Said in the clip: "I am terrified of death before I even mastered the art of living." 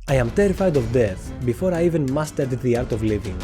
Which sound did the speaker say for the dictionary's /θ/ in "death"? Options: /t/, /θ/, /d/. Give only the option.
/θ/